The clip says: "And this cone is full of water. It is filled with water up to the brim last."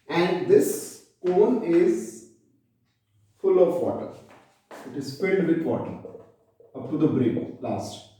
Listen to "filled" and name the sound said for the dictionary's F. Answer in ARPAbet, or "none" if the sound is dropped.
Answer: P